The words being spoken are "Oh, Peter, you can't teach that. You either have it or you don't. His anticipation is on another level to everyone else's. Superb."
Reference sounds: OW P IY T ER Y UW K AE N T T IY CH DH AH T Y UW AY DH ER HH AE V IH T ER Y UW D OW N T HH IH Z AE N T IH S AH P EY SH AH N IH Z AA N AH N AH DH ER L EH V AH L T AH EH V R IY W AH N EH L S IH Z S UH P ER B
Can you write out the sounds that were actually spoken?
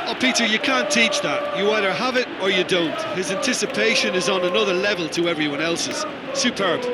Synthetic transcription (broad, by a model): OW P IY T ER Y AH K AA N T T IY CH DH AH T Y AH AY DH ER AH V IH T ER Y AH D OW N T HH IH Z AE N T IH S AH P EY SH AH N IH Z N AH N AH DH ER L EH V AH L T AH EH V R IY W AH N EH L S IH Z S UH P ER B